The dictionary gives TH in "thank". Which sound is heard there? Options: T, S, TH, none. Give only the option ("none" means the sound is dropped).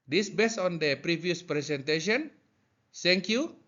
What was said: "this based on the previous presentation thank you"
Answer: S